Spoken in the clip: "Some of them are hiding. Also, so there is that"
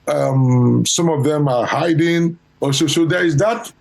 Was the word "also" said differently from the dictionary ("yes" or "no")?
yes